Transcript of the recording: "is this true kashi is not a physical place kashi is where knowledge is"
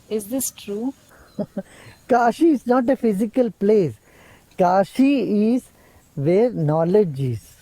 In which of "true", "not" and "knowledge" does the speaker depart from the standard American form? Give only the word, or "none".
none